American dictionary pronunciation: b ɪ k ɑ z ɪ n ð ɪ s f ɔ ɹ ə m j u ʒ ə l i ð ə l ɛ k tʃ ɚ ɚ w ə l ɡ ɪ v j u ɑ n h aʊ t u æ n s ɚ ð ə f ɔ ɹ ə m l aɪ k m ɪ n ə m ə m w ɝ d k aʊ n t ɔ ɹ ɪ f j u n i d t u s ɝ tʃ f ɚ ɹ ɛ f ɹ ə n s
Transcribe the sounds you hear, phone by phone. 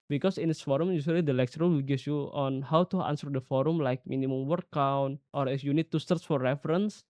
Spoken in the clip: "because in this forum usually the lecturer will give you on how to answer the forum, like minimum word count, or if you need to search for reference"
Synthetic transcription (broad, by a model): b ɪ k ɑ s ɪ n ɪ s f ɔ ɹ ə m j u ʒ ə l i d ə l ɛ k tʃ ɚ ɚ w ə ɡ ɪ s j u ɑ n h aʊ t u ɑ n s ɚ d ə f ɔ ɹ ə m l aɪ k m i n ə m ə m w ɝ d k aʊ n t ɔ ɹ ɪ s j u n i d t u s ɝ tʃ f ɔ ɹ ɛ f ɹ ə n s